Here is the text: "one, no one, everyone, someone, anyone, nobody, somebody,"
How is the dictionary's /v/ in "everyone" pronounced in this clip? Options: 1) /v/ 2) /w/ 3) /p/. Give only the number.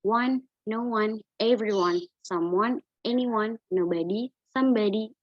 1